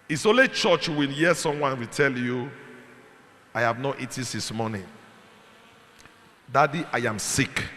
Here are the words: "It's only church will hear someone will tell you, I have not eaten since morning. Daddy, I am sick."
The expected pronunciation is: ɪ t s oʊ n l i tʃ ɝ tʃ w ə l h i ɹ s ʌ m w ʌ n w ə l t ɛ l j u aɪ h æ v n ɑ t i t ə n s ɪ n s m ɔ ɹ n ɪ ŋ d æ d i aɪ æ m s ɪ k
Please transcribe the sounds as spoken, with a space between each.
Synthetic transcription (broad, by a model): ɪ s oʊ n l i tʃ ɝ tʃ w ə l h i s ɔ m w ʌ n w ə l t ɛ l j u aɪ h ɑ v n ɑ t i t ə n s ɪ s m ɔ n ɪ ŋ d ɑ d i aɪ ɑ m s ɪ k